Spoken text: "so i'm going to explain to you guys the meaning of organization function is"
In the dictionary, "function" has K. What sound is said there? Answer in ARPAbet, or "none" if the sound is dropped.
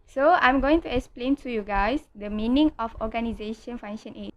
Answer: none